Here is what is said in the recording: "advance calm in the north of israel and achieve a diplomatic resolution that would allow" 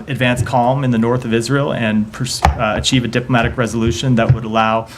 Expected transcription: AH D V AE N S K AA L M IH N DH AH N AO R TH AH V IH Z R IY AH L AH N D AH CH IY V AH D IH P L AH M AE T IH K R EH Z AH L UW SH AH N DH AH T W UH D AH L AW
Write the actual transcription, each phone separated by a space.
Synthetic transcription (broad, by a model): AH D V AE N S K AA L M IH N DH AH N AO R TH AH V IH Z R IY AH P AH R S AH CH IY V AH D IH P L AH M AE T IH K R EH Z AH L UW SH AH N DH AH T W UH D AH L AW